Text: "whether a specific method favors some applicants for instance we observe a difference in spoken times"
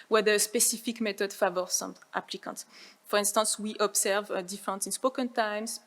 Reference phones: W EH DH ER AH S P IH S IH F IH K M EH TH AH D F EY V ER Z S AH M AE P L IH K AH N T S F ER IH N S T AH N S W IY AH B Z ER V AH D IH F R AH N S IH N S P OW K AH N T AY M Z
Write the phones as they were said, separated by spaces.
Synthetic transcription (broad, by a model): W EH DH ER AH S P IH S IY F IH K M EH T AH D F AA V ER S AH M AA P L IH K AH N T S F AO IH N S T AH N S W IY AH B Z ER V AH D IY F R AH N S IH N S P OW K AH N T AY M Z